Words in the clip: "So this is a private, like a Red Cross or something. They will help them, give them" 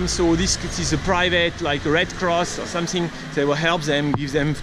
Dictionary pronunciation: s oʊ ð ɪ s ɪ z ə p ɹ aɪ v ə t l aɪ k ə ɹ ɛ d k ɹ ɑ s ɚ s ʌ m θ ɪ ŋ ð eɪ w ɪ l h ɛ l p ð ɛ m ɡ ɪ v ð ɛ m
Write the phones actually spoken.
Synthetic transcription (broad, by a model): s oʊ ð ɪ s ɪ z ə p ɹ aɪ v ə t l aɪ k ɹ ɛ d k ɹ ɑ s ɚ s ʌ m θ ɪ ŋ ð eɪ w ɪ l h ɛ l p ð ɛ m ɡ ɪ v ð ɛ m